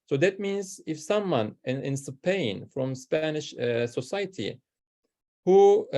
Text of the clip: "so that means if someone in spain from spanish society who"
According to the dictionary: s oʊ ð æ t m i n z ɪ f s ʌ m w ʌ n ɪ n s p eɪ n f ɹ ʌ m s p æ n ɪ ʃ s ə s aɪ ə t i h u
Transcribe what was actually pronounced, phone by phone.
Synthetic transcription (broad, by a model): s oʊ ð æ t m i n z ɪ f s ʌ m w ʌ n ɪ n s p eɪ n f ɹ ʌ m s p æ n ɪ ʃ s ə s aɪ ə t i h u